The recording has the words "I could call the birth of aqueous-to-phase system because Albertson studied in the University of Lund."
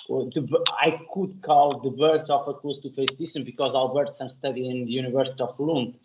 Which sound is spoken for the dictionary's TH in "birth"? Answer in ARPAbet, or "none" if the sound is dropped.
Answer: S